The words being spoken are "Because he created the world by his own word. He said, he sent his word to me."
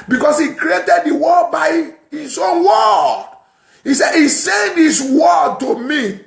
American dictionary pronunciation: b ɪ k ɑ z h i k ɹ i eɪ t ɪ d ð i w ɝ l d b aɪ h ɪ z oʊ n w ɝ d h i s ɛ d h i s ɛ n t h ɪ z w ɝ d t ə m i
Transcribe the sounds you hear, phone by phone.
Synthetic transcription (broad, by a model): b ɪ k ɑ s h i k ɹ i eɪ t ɪ d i w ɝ d b aɪ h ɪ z oʊ n w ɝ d h i s ɛ d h i s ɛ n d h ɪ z w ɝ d t ə m i